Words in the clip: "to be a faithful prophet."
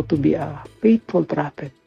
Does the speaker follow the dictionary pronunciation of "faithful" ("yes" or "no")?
no